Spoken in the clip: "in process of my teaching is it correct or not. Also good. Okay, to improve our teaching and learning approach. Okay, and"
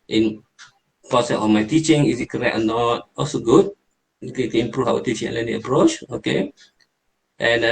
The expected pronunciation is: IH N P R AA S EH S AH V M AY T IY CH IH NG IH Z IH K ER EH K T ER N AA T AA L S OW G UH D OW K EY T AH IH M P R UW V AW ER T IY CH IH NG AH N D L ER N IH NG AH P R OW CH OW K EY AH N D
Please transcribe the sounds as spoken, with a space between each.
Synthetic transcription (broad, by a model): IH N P AA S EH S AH F M AY T IY CH IH NG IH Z IH K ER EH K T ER N AA T AA L S OW G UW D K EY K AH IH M P R UW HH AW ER T IY CH IH NG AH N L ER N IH AH P R OW CH OW K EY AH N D